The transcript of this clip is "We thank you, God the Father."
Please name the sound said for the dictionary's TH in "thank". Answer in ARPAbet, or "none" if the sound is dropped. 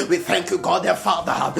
TH